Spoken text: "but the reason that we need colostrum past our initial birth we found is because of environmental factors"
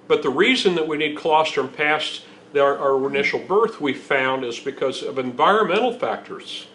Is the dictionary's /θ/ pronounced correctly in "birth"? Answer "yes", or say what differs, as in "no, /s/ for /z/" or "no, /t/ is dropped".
yes